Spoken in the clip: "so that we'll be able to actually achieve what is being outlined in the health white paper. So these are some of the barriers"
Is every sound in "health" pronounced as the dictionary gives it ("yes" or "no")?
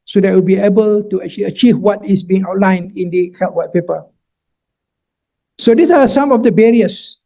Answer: no